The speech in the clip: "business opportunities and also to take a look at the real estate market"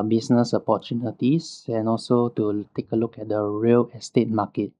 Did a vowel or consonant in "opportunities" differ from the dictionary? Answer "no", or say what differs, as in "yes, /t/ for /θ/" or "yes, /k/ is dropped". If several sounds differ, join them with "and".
yes, /s/ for /z/